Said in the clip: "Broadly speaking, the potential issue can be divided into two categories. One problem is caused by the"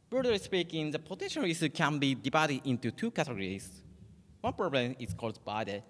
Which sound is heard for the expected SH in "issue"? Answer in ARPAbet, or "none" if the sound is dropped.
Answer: S